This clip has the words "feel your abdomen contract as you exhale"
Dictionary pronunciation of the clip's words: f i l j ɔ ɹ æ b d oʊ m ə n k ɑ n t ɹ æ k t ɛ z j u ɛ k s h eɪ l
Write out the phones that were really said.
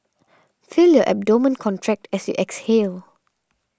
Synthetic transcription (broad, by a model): f i l j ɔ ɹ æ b d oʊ m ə n k ɑ n t ɹ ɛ k t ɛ s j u ɛ k s h eɪ l